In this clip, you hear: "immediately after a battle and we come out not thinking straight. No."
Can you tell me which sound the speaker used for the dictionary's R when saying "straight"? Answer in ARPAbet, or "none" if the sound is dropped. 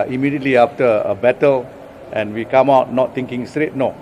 R